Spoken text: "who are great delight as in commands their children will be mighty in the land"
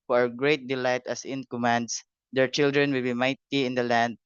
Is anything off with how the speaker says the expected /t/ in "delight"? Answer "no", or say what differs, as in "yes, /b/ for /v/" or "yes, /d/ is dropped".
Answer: no